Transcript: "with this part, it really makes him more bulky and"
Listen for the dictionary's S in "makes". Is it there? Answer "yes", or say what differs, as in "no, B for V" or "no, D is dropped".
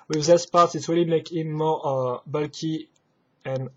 no, S is dropped